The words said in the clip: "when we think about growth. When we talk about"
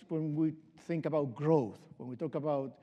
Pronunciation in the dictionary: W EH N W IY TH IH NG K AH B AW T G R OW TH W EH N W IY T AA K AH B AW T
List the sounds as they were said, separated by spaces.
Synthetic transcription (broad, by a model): W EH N W IY TH IH NG K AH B AW T G R OW TH W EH N W IY T AA K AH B AW T